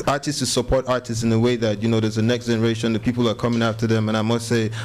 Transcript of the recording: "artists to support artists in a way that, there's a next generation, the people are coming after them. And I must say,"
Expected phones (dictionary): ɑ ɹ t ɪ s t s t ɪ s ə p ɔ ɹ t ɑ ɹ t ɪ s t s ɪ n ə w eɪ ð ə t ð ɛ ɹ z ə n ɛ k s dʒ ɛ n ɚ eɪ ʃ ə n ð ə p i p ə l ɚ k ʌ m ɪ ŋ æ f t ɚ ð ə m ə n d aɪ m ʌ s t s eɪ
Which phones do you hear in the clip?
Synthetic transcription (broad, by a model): ɑ ɹ t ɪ s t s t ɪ s ə p ɔ ɹ t ɑ ɹ t ɪ s t s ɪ n ə w eɪ ð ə t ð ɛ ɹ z ə n ɛ k s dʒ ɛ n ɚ eɪ ʃ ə n ð ə p i p l ɚ k ʌ m ɪ ŋ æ f t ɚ ð ə m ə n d aɪ m ʌ s t s eɪ